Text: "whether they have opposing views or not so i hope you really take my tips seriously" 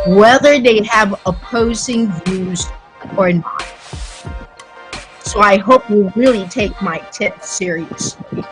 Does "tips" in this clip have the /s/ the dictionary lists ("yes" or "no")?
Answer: no